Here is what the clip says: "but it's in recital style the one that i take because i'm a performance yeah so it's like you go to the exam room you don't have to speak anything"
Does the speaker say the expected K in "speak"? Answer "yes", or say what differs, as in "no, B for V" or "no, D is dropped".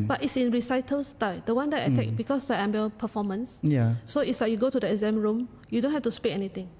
no, K is dropped